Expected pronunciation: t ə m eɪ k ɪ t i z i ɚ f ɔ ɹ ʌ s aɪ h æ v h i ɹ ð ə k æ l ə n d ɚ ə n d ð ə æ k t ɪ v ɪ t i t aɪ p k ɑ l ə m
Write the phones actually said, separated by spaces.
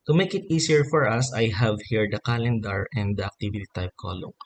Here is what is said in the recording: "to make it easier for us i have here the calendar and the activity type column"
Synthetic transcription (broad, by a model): t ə m eɪ k ɪ t i s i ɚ f ɔ ɹ ʌ s aɪ h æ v h i ɹ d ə k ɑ l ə n d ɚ ə n d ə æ k t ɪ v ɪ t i t aɪ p k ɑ l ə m